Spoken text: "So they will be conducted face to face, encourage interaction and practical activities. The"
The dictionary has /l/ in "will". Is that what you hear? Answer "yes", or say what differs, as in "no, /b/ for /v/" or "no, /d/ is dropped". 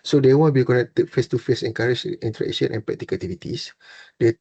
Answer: no, /n/ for /l/